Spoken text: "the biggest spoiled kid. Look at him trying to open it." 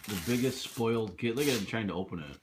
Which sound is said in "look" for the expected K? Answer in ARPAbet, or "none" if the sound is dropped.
none